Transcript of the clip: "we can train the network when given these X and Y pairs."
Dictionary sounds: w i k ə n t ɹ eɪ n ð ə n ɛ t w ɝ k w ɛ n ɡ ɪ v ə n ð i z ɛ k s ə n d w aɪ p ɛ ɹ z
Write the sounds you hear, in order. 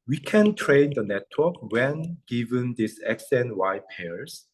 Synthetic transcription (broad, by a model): w i k ə n t ɹ eɪ n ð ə n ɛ t w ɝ k w ɛ n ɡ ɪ v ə n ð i s ɛ k s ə n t w aɪ p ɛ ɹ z